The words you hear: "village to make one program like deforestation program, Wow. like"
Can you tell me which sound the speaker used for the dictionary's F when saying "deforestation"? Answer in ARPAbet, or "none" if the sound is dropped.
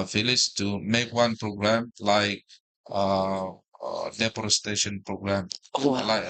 P